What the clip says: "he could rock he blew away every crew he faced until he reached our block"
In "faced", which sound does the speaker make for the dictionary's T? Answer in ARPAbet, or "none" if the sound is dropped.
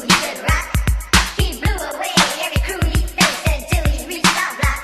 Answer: none